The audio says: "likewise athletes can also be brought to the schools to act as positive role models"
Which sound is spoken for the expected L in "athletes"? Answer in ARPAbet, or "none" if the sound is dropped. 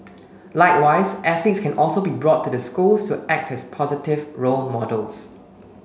none